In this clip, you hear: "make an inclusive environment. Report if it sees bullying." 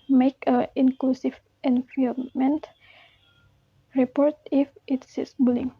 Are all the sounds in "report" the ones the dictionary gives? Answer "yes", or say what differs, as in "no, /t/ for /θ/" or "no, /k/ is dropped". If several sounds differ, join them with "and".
yes